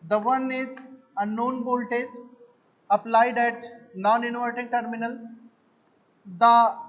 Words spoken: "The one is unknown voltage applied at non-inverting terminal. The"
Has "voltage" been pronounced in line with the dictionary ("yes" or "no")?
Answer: no